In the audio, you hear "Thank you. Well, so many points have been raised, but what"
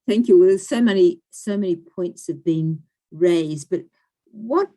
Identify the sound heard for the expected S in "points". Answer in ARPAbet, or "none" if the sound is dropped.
S